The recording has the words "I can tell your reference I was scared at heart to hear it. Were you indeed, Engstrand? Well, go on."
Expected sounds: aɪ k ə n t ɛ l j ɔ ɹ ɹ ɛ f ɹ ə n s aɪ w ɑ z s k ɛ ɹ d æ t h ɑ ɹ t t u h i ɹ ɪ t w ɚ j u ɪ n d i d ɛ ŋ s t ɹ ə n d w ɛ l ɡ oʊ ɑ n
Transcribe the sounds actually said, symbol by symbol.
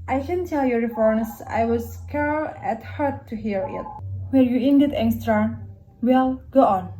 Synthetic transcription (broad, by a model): aɪ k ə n t ɛ l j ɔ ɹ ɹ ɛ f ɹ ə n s aɪ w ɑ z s k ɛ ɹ æ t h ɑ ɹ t t u h i ɹ ɪ t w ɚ j u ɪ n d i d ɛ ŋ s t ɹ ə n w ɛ l ɡ oʊ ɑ n